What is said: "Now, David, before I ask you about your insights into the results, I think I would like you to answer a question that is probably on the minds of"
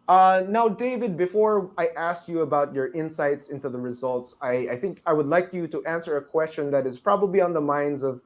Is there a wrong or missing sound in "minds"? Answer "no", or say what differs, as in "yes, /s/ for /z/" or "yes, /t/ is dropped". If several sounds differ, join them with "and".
no